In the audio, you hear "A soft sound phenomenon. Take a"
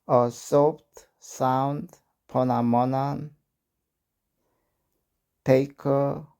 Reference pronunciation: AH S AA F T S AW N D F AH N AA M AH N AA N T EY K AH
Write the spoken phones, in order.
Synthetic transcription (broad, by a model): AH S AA P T S AW N D P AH N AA M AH N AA N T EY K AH